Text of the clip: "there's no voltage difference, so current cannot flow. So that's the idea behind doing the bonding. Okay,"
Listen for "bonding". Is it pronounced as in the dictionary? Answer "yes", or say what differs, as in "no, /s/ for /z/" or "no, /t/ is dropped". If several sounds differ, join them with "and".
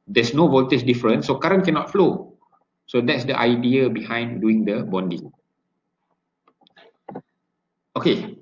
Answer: yes